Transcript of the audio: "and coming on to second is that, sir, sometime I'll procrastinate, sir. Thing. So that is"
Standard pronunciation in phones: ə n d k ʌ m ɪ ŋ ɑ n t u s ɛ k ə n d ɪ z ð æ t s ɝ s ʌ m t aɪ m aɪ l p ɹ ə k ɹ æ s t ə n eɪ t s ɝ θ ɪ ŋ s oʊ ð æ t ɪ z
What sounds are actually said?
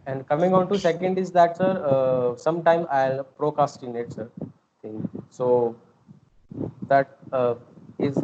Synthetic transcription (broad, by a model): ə n d k ʌ m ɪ ŋ ɑ n t u s ɛ k ə n d ɪ z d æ t s ɝ s ʌ m t aɪ m aɪ l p ɹ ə k ɑ s t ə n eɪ t s ɝ t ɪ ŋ s oʊ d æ t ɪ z